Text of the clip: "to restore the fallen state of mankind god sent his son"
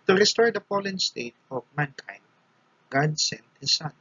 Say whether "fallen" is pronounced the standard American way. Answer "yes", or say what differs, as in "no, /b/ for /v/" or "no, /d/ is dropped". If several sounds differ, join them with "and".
no, /p/ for /f/